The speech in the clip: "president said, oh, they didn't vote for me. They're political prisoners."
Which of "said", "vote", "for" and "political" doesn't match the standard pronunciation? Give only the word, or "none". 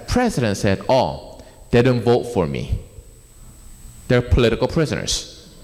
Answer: none